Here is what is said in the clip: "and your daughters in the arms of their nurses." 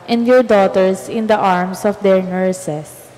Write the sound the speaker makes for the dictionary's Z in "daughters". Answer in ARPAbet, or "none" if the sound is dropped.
S